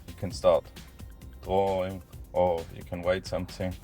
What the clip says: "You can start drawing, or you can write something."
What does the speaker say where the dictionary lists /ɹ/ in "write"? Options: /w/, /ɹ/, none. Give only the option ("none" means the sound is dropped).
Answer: /w/